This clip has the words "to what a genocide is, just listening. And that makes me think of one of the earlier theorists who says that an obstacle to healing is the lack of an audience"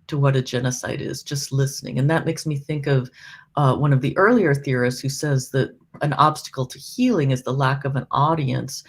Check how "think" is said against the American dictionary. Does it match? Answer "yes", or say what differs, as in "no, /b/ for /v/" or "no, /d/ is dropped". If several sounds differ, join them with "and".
yes